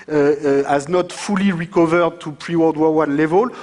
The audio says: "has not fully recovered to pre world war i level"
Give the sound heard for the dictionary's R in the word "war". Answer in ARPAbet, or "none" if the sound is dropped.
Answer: W